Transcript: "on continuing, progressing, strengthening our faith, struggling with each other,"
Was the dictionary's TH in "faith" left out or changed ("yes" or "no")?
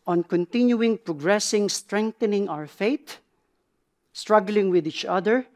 yes